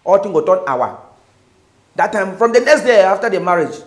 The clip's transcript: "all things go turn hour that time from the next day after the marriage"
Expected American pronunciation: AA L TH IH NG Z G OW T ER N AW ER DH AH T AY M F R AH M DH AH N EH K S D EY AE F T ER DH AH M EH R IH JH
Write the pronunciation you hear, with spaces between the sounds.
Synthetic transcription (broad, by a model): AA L T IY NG G OW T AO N AW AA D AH T AY M F R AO M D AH N EH K S D EY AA F T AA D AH M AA R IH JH